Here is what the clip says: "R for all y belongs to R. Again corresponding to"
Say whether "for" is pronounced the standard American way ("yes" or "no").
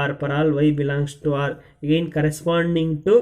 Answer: no